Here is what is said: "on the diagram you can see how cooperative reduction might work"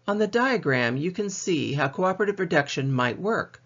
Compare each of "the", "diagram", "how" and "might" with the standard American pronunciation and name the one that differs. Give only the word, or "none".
none